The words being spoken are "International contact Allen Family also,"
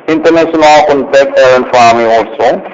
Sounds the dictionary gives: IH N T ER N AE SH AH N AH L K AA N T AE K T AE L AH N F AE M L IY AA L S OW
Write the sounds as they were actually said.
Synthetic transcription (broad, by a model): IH N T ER N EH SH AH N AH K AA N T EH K AH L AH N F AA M IY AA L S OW